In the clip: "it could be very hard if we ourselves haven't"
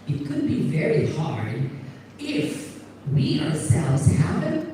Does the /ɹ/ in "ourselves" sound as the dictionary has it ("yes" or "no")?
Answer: yes